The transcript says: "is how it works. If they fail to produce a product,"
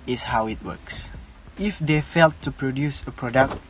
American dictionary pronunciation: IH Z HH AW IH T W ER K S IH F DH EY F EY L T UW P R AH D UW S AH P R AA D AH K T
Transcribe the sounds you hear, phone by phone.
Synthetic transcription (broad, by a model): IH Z HH AW IH T W ER K S IH F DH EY F EY L T UW P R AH D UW S AH P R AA D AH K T